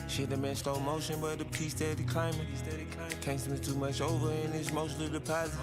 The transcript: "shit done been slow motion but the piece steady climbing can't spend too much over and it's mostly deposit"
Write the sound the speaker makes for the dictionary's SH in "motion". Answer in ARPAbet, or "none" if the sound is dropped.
SH